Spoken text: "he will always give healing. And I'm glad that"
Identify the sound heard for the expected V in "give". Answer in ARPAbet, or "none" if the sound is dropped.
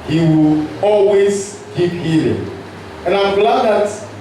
P